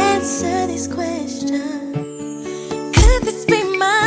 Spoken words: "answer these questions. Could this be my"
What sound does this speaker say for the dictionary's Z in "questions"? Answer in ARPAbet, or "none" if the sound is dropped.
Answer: none